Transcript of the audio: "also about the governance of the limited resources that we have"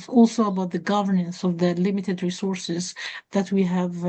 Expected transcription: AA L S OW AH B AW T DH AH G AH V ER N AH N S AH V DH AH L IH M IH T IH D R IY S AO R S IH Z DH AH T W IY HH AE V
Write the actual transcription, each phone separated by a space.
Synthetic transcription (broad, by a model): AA L S OW AH B AW T DH AH G AH V ER N AH N S AH V DH AH L IH M IH T IH D R IY S AO R S IH Z DH AH T W IY HH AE V